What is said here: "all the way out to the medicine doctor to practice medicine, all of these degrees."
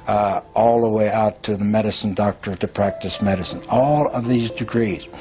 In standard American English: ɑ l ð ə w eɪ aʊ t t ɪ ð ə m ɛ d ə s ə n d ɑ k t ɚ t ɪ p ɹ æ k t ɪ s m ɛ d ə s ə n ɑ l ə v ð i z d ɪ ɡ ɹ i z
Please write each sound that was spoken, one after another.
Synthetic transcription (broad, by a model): ɑ l ð ə w eɪ aʊ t t ɪ ð ə m ɛ d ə s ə n d ɑ k t ɚ t ɪ p ɹ æ k t ɪ s m ɛ d ə s ə n ɑ l ə v ð i z d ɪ ɡ ɹ i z